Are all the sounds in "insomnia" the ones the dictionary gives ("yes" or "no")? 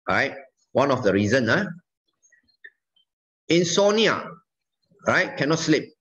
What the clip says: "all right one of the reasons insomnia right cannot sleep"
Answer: no